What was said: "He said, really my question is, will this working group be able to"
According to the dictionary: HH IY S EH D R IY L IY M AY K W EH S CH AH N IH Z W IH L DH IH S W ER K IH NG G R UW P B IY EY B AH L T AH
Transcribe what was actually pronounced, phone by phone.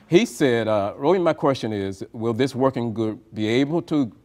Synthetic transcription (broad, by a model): HH IY S EH D R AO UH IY M AY K W EH S CH AH N IH Z W IH L DH IH S W ER K IH NG G UH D B IY EY B L T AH